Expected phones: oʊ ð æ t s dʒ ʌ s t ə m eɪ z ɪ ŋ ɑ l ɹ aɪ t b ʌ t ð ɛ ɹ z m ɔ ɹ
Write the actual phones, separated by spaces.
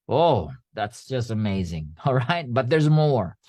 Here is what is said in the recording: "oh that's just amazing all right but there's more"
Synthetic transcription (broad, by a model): oʊ ð æ t s dʒ ʌ s t ə m eɪ z ɪ ŋ ɑ l ɹ aɪ t b ʌ t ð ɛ ɹ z m ɔ ɹ